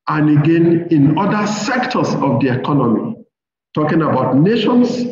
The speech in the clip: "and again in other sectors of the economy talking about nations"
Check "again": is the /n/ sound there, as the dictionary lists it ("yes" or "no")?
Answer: yes